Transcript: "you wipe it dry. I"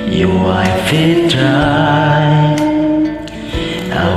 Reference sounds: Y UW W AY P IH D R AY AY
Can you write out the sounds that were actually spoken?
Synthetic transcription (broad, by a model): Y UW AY F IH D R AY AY